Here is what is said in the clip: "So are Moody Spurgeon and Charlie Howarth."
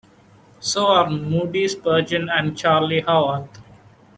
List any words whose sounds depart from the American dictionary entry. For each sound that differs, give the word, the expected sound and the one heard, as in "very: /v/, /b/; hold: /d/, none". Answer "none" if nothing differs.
howarth: /θ/, /t/